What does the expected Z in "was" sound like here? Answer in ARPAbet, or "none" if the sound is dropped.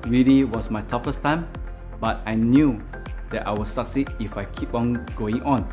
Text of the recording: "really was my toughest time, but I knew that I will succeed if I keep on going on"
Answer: S